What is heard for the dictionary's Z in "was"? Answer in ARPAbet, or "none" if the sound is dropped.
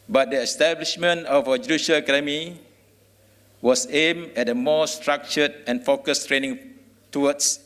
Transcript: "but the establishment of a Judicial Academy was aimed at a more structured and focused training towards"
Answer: S